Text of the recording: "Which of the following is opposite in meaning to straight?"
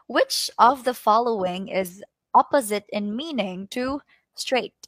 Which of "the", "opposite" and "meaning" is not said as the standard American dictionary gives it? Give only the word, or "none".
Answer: none